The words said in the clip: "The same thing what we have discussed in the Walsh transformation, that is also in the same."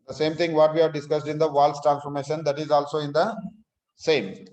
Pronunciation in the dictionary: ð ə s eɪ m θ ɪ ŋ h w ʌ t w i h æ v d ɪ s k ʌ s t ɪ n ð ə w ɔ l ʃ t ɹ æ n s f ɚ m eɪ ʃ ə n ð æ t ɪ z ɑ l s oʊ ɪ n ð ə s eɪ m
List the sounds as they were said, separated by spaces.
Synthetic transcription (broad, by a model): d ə s eɪ m t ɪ ŋ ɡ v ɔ t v i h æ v d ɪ s k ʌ s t ɪ n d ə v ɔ l s t ɹ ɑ n s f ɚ m eɪ ʃ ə n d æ t ɪ z ɑ l s oʊ ɪ n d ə s eɪ m